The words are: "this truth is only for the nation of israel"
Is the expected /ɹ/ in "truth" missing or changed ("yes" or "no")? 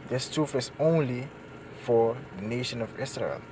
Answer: yes